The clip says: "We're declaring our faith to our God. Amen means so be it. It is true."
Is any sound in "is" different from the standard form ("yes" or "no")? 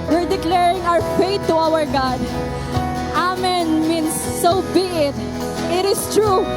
yes